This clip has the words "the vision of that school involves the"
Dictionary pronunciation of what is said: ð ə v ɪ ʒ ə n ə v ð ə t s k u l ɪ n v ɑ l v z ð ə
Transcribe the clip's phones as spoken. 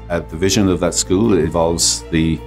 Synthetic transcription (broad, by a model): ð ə v ɪ ʒ ə n ə v ð ə t s k u l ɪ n v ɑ l v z ð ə